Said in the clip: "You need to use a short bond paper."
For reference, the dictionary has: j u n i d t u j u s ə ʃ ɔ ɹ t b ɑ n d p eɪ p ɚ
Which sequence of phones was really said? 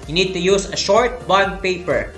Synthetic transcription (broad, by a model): j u n i d t u j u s ə ʃ ɔ ɹ t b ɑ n p eɪ p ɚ